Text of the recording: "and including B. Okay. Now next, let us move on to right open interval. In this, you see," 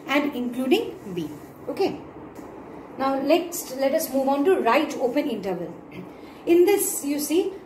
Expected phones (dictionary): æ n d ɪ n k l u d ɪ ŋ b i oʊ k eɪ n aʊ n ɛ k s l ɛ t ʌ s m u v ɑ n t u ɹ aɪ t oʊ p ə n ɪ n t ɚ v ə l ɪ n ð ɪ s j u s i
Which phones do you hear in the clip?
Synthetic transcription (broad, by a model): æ n d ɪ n k l u d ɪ ŋ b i oʊ k eɪ n aʊ l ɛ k s l ɛ t ʌ s m u v ɑ n t u ɹ aɪ t oʊ p ə n ɪ n t ɚ v ə l ɪ n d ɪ s j u s i